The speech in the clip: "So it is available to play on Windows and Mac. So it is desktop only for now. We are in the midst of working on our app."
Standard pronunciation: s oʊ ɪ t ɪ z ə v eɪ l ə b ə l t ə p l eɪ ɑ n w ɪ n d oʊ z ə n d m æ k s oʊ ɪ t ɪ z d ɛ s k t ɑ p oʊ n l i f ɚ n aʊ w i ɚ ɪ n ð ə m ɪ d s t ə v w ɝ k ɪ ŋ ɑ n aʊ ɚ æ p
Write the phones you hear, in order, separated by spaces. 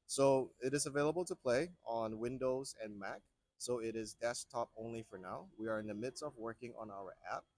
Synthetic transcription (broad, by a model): s oʊ ɪ t ɪ z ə v eɪ l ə b l t ə p l eɪ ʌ n w ɪ n d oʊ z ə n m æ k s oʊ ɪ t ɪ z d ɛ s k t ɑ p oʊ n l i f ɚ n aʊ w i ɚ ɪ n ð ə m ɪ d s t ə v w ɝ k ɪ ŋ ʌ n aʊ ɚ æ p